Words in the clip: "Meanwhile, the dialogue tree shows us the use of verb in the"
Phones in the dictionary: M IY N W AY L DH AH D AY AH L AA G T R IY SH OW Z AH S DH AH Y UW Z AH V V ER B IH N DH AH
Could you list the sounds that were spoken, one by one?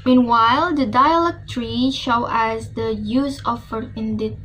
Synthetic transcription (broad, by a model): M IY N W AY L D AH D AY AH L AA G T R IY SH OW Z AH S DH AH Y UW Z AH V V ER IH N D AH